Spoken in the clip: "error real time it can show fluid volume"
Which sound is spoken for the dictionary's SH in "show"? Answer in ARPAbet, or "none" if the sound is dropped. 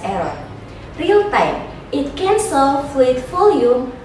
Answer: S